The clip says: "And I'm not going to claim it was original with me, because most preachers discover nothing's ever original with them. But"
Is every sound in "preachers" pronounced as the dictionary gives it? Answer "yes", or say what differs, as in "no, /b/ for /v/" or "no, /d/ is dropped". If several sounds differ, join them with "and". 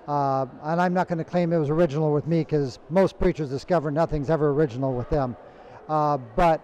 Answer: yes